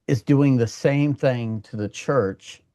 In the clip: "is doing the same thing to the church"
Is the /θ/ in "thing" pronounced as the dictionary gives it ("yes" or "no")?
yes